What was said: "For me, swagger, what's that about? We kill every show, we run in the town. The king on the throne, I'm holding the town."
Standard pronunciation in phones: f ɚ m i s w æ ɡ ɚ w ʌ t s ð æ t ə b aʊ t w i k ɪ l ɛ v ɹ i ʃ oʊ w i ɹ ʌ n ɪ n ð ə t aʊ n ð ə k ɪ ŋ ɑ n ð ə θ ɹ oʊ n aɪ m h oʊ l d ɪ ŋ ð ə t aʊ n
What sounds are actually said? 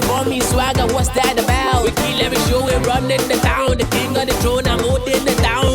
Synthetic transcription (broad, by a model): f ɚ m i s w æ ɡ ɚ w ʌ t s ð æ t ə b aʊ t w i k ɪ l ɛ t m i ʃ oʊ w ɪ ɹ ʌ n ɪ n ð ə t aʊ n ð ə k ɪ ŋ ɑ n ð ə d ɹ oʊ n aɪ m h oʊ d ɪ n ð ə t aʊ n